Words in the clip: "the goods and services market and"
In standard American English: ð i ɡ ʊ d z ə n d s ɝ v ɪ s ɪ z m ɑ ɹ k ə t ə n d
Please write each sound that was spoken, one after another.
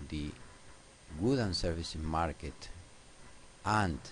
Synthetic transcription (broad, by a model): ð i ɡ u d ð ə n s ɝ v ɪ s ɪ m ɑ ɹ k ə t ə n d